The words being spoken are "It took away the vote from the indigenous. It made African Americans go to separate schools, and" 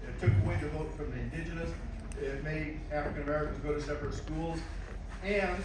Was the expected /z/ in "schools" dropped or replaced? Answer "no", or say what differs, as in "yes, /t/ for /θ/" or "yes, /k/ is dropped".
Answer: no